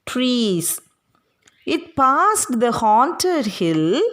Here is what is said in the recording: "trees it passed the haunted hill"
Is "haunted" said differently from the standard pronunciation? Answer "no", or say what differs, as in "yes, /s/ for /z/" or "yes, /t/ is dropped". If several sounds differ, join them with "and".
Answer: no